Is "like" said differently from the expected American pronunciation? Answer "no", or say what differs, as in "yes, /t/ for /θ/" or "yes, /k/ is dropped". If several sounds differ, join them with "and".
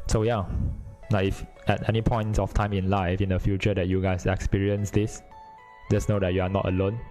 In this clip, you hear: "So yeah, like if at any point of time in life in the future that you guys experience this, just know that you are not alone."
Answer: yes, /n/ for /l/